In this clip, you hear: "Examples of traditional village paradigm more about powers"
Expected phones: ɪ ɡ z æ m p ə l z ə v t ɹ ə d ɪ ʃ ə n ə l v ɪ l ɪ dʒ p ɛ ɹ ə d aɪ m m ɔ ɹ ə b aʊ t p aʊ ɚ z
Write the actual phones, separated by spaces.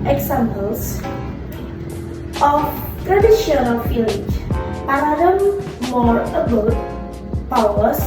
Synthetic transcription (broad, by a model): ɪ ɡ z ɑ m p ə l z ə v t ɹ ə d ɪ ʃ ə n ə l f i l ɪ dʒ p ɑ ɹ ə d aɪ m m ɔ ɹ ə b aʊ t p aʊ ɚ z